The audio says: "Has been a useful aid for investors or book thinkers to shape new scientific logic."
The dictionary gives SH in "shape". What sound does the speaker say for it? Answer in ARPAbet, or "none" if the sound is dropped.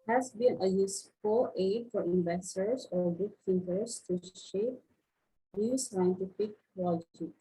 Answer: SH